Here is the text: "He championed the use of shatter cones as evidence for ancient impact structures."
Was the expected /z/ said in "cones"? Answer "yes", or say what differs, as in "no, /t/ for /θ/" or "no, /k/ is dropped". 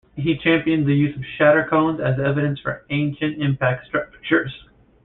yes